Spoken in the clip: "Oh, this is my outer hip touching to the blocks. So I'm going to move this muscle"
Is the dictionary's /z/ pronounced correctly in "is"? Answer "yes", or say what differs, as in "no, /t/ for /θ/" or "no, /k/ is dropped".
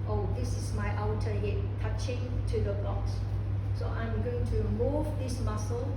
no, /s/ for /z/